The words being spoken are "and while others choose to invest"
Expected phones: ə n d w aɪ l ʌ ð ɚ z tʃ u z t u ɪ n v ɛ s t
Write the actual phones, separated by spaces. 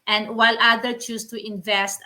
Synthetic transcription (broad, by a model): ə n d w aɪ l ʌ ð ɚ tʃ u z t u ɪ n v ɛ s t